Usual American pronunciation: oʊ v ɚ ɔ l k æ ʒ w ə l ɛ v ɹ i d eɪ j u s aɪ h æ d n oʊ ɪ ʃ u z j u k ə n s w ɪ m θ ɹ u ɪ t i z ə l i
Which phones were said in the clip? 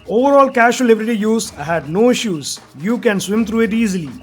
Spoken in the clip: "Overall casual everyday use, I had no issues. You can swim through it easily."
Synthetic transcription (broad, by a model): oʊ v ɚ ɔ l k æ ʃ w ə l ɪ b ɹ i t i j u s aɪ h æ d n oʊ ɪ ʃ u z j u k ə n s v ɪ m t ɹ u ɪ t i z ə l i